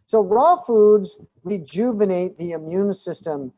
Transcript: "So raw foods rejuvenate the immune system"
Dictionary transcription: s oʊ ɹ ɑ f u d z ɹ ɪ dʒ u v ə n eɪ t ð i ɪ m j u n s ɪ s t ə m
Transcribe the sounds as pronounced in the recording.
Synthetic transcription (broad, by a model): s oʊ ɹ ɑ f u d z ɹ ɪ dʒ u v ə n eɪ t ð i ɪ m j u n s ɪ s t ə m